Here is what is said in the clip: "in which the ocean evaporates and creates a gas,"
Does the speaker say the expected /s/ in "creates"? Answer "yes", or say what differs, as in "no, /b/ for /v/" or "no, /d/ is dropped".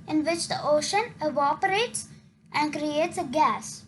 yes